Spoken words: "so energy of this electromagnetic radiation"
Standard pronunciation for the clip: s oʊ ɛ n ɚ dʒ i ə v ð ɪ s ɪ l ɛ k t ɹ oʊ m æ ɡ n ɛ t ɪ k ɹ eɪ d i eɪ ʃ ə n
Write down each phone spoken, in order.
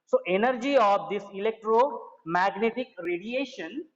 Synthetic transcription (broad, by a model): s oʊ ɛ n ɚ dʒ i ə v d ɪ s ɪ l ɛ k t ɹ oʊ m æ ɡ n ɛ t ɪ k ɹ eɪ d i eɪ ʃ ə n